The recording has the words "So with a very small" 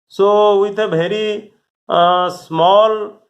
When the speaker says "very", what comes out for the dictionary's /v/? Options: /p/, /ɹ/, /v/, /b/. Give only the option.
/b/